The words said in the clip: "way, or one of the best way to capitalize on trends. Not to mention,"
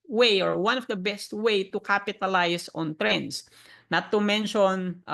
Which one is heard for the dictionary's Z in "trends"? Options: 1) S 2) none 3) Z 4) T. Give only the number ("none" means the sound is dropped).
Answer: 1